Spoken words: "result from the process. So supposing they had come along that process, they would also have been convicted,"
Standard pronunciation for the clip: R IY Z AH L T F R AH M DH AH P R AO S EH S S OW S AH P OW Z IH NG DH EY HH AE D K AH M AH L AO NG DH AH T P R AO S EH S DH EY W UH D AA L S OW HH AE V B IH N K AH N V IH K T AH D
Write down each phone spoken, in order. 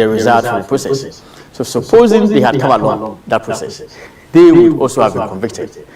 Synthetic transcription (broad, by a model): R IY Z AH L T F R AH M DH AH P R AO S EH S S OW S AH P OW Z IH NG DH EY HH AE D K AH M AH L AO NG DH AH T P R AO S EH S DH EY W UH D AA L S OW HH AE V B IH N K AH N V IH K T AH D